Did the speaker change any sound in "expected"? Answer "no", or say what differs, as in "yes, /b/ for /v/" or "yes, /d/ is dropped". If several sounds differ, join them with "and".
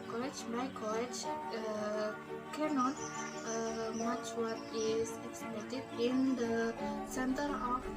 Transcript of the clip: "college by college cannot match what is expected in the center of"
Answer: yes, /p/ is dropped